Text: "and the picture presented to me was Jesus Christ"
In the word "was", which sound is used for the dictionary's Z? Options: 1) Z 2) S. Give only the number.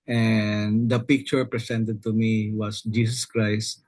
2